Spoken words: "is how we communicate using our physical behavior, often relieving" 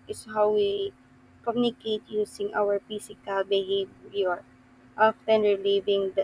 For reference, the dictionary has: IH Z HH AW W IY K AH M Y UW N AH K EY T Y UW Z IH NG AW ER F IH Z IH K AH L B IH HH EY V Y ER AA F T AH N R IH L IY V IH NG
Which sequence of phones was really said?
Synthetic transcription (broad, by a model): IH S HH AW W IY K AH M Y UW N AH K EY T Y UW S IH NG AW ER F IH S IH K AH L B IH HH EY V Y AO AA F T AH N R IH L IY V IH NG